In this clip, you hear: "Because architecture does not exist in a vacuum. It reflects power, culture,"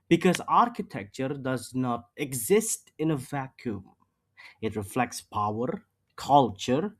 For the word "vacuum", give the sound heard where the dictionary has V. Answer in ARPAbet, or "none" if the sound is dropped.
V